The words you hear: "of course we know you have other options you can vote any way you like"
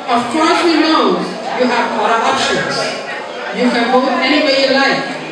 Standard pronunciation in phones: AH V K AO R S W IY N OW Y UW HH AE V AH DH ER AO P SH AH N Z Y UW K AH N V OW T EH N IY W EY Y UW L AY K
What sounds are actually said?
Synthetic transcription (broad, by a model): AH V K AO R S W IY N OW Y UW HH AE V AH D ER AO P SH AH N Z Y UW K AH N B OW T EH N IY W EY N L AY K